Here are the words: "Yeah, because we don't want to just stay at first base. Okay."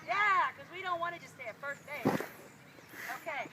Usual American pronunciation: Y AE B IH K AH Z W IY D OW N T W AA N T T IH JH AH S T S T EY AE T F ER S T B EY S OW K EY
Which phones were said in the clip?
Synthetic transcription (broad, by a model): Y AE K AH Z W IY D OW N T W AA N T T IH JH AH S S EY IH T F ER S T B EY OW K EY